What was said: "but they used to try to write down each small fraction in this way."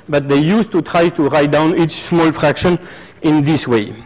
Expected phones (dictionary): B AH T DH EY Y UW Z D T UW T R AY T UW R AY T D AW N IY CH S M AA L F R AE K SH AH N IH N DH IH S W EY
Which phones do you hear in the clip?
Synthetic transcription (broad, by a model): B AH T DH EY Y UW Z T UW T R AY T UW R AY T D AW N IY CH S M AA L F R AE K SH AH N IH N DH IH S W EY